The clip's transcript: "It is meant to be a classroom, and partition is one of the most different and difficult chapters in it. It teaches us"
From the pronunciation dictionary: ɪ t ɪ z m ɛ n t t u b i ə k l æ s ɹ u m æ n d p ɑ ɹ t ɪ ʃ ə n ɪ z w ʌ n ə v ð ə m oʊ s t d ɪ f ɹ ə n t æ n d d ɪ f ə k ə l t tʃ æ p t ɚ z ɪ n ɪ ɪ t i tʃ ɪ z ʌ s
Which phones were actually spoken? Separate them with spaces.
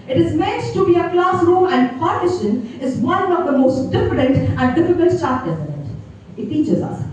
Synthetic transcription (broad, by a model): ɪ t ɪ z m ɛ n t t u b i ə k l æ s ɹ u m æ n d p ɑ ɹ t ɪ ʃ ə n ɪ z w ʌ n ə v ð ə m oʊ s t d ɪ f ɹ ə n t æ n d d ɪ f ə k ə l t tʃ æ t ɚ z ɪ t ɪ ɪ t i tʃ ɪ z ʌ s